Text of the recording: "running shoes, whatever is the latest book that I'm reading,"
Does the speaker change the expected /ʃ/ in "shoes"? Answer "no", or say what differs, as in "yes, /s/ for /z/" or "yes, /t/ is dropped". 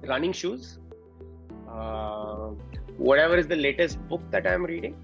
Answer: no